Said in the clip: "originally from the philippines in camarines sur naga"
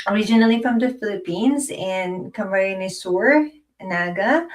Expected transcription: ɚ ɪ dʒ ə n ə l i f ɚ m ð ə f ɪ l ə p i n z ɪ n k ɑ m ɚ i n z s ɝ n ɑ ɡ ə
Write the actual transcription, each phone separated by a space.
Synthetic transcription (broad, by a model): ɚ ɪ dʒ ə n l i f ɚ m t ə f ɪ l ə p i n z ɪ n k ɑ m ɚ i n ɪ s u n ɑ ɡ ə